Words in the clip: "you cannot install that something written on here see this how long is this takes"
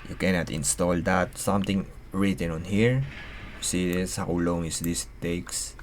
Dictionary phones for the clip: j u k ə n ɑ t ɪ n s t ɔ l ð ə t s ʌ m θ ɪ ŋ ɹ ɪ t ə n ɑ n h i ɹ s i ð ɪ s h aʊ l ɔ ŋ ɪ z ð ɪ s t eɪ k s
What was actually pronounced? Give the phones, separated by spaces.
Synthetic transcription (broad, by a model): j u k ə n ɑ t ɪ n s t ɔ l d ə t s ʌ m t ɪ ŋ ɹ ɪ t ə n ɑ n h i ɹ s i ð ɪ s h aʊ l ɔ ŋ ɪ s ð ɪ s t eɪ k s